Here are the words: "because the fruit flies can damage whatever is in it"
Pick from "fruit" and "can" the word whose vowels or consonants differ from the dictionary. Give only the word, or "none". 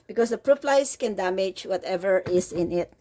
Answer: fruit